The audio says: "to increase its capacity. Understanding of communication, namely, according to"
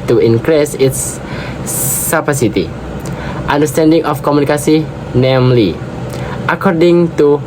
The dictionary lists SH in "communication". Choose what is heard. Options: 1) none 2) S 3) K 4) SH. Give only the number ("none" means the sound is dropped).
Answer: 2